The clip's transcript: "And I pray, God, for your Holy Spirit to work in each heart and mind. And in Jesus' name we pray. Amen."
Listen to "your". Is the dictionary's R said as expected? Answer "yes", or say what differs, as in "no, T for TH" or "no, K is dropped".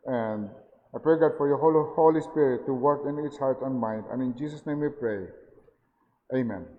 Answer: no, L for R